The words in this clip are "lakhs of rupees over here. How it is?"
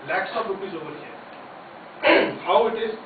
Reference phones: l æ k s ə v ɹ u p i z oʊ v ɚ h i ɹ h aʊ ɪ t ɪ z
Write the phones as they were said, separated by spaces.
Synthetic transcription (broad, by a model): l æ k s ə p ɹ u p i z oʊ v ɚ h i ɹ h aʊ ɪ t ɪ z